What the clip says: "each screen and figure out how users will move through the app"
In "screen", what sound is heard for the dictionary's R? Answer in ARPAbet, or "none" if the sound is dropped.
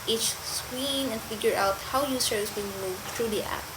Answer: W